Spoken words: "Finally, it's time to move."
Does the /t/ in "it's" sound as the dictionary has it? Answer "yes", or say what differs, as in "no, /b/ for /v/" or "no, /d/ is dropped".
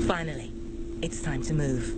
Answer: yes